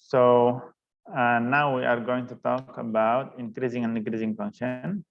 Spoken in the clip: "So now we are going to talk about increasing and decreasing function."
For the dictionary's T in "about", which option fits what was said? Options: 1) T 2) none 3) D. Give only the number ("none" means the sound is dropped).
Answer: 1